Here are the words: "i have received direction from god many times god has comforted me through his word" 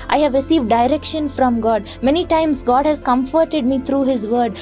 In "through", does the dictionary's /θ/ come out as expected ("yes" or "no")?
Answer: no